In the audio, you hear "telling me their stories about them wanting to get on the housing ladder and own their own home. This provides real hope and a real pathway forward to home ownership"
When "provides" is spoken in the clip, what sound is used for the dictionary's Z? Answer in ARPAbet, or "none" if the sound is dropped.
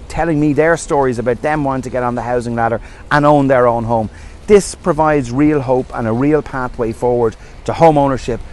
Z